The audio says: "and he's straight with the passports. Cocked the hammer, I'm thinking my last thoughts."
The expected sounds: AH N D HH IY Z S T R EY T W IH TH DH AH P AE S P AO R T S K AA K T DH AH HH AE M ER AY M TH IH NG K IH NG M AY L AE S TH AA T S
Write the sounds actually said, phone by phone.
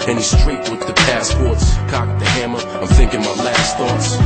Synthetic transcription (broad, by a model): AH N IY S T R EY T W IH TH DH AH P AE S P AO R T S K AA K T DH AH HH AE M ER AY M TH IH NG K IH NG M AY L AE S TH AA T S